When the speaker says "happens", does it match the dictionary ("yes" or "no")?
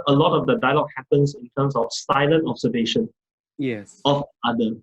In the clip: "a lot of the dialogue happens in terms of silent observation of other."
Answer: no